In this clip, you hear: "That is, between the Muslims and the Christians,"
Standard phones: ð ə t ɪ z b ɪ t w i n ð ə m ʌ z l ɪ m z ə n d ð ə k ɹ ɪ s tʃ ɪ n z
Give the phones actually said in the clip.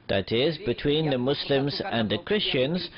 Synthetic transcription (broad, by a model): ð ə t ɪ z b ɪ t w i n ð ə m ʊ s l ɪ m z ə n ð ə k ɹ ɪ s tʃ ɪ n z